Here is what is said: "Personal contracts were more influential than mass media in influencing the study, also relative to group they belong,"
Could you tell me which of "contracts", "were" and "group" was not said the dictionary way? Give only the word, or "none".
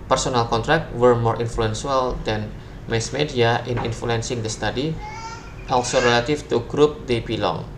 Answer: contracts